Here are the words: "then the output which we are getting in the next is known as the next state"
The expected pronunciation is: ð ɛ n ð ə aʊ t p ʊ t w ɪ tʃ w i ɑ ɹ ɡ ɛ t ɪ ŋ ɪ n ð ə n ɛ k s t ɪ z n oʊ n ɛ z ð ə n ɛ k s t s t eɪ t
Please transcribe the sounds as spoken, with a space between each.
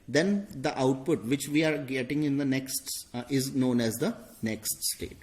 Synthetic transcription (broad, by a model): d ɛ n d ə aʊ t p ʊ t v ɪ tʃ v i ɑ ɹ ɡ ɛ t ɪ ŋ ɪ n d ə n ɛ k s t ɪ z n oʊ n ɛ z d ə n ɛ k s t s t eɪ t